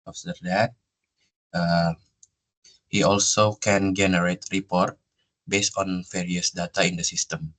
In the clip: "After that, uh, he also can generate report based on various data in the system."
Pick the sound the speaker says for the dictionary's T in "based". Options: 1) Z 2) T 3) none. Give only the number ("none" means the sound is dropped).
2